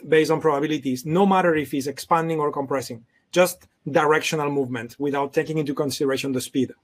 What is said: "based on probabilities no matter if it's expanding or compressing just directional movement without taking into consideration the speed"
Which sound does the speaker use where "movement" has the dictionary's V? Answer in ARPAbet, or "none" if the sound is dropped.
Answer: V